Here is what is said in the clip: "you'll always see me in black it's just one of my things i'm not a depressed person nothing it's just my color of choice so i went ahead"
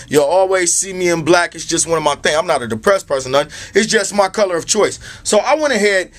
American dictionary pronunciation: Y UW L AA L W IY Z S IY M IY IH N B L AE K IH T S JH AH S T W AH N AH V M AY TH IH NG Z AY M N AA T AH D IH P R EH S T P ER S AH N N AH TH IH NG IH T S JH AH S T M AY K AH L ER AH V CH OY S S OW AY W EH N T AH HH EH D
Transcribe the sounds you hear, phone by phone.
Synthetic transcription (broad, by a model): Y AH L AA L W IY Z S IY M IY IH N B L AE K IH T S JH AH S T W AH N AH V M AY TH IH NG AY M N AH T AH D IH P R EH S P ER S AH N N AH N IH T S JH AH S T M AY K AH L ER AH V CH OY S S OW AY W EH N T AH HH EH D